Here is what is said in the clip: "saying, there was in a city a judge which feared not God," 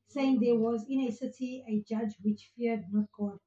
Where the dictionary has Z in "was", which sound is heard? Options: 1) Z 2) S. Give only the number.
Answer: 1